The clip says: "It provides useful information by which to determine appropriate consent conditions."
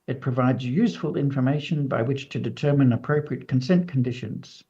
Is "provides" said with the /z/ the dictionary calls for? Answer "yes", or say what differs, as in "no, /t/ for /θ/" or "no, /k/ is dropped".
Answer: yes